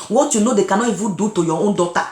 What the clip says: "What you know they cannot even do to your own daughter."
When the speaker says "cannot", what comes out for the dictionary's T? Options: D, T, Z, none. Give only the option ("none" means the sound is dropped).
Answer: none